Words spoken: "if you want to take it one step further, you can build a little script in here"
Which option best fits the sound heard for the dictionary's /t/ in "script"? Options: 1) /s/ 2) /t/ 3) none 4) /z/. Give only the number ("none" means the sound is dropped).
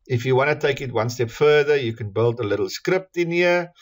2